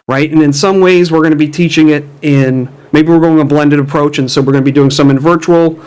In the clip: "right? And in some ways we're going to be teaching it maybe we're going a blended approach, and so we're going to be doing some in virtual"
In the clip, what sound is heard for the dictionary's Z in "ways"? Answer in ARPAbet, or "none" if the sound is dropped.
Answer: Z